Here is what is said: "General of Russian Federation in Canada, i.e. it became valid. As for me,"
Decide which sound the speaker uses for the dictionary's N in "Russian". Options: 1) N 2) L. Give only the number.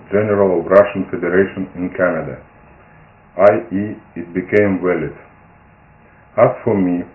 1